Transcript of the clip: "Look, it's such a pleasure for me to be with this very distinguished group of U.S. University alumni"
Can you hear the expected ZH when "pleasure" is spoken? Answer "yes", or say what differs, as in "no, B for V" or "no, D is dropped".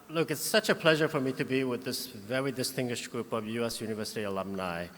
yes